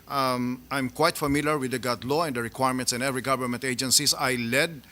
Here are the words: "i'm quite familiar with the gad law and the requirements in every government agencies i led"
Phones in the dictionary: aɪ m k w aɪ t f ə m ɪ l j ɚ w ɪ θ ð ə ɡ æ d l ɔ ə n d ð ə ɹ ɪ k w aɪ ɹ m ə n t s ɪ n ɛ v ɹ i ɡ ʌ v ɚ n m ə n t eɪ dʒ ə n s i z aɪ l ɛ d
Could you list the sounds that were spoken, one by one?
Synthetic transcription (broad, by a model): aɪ m k w aɪ t f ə m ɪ l j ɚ w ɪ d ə ɡ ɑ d l ɔ ə n d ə ɹ ɪ k w aɪ ɹ m ə n t s ɪ n ɛ v ɹ i ɡ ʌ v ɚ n m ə n t eɪ dʒ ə n s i s aɪ l ɛ d